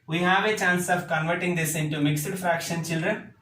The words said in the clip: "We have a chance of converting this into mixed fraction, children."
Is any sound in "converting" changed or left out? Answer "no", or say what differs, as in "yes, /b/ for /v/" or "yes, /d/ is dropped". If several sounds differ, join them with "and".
no